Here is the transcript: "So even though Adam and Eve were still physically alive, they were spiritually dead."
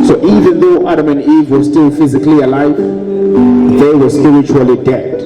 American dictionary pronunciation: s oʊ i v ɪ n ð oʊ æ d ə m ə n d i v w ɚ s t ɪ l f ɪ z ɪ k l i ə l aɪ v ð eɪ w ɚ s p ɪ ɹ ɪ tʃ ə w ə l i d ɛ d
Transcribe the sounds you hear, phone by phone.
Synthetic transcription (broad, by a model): s oʊ i v ɪ n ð oʊ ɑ d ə m ə n d i v w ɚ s t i l f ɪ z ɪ k l i ə l aɪ v ð eɪ w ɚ s p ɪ ɹ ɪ tʃ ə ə l i d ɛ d